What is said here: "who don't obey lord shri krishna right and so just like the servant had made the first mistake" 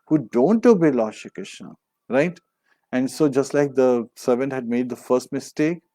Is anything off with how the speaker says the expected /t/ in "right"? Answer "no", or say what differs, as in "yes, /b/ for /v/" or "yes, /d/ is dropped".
no